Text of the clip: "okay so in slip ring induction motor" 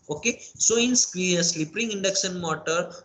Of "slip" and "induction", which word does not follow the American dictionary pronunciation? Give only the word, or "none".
induction